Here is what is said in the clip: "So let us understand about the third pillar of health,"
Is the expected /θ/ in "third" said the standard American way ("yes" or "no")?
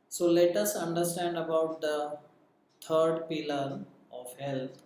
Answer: no